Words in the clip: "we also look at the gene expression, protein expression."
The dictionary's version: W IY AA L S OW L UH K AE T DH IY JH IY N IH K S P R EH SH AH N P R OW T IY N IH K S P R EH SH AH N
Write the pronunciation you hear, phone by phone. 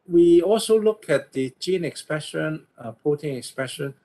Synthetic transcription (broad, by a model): W IY AA L S OW L UH K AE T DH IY JH IY N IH K S P R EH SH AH N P OW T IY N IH K S P R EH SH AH N